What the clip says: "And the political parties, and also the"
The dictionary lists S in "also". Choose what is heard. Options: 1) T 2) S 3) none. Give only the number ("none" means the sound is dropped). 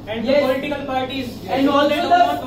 3